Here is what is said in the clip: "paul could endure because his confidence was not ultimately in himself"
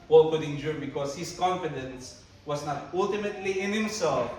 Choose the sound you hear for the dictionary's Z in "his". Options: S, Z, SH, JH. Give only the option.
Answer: S